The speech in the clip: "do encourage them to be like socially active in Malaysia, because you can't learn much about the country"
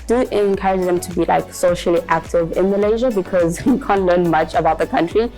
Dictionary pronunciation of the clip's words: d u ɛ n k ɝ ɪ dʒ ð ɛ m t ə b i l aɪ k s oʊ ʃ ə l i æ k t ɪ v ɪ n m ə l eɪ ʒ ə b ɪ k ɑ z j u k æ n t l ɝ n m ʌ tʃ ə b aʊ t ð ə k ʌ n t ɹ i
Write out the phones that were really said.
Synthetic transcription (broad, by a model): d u ɛ n k ɝ ɪ dʒ ð ɛ m t ə b i l aɪ k s oʊ ʃ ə l i æ k t ɪ v ɪ n m ə l eɪ ʒ ə b ɪ k ɑ z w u k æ n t l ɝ n m ʌ tʃ ə b aʊ t ð ə k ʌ n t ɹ i